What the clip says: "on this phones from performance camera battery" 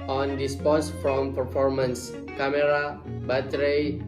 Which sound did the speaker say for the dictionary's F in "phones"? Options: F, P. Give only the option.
P